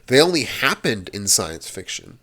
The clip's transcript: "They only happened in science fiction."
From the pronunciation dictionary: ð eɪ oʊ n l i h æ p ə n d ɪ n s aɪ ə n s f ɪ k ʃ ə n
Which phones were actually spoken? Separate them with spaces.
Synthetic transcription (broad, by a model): ð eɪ oʊ n l i h æ p ə n d ɪ n s aɪ ə n s f ɪ k ʃ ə n